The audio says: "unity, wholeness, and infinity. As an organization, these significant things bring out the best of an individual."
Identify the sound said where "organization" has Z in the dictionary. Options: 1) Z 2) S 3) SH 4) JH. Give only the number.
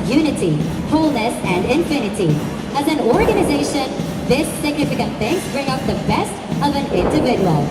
1